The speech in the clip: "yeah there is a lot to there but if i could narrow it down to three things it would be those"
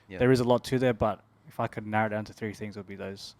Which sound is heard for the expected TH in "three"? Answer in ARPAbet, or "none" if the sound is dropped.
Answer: TH